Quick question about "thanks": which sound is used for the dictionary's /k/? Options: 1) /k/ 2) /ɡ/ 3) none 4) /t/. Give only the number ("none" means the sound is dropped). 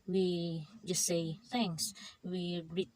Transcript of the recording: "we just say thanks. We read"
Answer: 3